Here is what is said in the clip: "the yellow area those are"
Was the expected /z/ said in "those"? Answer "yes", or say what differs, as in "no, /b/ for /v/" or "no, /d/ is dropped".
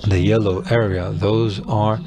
yes